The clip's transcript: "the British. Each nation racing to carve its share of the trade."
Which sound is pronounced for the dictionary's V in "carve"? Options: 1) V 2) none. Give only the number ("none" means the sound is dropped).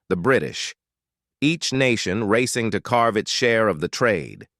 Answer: 1